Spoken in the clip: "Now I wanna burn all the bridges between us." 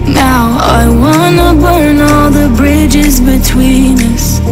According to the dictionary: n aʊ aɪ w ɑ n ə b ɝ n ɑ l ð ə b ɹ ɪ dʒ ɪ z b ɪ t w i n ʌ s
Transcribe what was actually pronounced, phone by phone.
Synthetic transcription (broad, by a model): n aʊ aɪ w ɑ n ə b ɝ n ɑ l ð ə b ɹ ɪ dʒ ɪ z b ɪ t w i n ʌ s